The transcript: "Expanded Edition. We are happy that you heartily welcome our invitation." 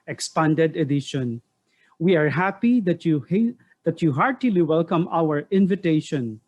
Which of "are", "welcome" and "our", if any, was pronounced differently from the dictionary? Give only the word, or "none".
none